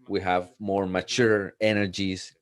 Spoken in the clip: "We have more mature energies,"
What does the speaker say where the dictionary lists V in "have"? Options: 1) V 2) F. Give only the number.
1